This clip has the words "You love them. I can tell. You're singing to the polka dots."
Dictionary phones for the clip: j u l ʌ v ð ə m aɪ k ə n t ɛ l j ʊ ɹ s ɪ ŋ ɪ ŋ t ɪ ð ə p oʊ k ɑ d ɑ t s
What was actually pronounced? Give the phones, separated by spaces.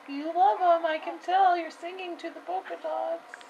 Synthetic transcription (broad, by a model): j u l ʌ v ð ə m aɪ k ə n t ɛ l j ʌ ɹ s ɪ ŋ ɪ ŋ t ɪ ð ə b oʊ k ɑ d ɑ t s